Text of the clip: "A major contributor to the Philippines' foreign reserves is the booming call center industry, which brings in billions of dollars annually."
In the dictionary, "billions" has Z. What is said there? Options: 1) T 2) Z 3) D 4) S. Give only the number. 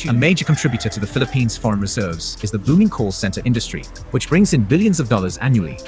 2